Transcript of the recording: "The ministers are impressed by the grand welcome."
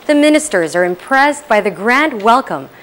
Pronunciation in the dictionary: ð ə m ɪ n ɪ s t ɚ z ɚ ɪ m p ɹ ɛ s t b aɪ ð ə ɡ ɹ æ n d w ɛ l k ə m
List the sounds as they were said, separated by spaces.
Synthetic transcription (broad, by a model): ð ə m ɪ n ɪ s t ɚ z ɚ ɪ m p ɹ ɛ s b aɪ ð ə ɡ ɹ æ n d w ɛ l k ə m